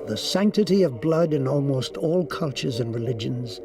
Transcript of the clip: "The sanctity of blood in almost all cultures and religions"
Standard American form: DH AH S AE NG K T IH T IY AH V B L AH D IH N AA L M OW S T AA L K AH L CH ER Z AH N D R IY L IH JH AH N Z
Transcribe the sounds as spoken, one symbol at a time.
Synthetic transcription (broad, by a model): DH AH S AE NG K T IH T IY AH V B L AH D IH N AA L M OW S T AA L K AH L CH ER Z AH N R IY L IH JH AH N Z